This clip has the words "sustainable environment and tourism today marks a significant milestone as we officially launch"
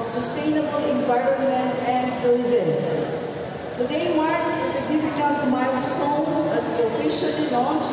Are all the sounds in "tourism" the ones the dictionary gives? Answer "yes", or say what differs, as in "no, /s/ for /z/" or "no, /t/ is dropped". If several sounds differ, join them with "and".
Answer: no, /ɹ/ is dropped